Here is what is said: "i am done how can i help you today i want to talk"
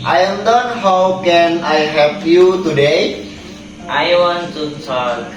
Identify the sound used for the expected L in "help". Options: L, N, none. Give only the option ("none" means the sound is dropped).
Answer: none